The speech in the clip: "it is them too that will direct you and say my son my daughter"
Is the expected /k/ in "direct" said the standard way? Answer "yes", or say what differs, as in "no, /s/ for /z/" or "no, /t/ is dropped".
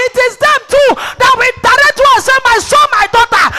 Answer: no, /k/ is dropped